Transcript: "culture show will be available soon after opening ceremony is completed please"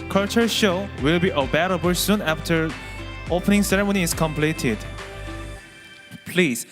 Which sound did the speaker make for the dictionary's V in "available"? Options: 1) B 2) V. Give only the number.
1